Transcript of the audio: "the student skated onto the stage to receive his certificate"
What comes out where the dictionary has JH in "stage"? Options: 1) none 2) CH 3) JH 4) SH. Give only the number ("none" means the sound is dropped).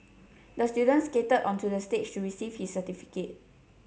2